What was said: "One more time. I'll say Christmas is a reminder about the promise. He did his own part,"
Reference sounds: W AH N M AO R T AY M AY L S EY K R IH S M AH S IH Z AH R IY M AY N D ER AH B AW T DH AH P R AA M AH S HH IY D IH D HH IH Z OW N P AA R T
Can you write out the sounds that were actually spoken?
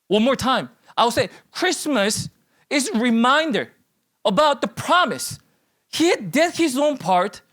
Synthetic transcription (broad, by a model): W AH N M AO R T AY M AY W S EY K R IH S M AH S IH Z R IY M AY N D ER AH B AW T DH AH P R AA M AH S HH IY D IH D HH IH Z OW N P AA R T